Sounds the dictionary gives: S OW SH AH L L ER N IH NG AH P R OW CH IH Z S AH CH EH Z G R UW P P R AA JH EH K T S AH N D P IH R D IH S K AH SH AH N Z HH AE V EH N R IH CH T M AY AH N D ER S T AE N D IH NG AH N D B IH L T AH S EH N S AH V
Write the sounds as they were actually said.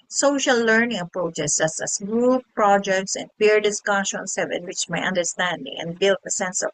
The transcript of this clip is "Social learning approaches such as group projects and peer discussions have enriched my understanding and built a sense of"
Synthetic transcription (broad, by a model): S OW SH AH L L ER N IH NG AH P R OW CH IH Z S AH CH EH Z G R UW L P R AA JH EH K T S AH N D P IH R D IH S K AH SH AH N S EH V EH N W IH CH M AY AH N D ER S T AE N D IH NG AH N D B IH L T AH S EH N S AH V